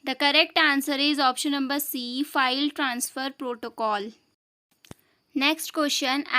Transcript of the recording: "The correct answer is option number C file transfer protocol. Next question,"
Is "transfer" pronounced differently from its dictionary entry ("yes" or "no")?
no